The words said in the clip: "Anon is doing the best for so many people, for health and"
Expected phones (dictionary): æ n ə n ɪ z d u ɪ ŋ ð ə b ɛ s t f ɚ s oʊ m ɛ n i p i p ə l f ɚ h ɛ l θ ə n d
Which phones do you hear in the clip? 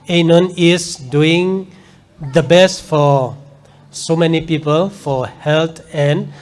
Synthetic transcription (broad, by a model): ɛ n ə n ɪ s d u ɪ ŋ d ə b ɛ s t f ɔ s oʊ m ɛ n i p i p ə l f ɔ h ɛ l t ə n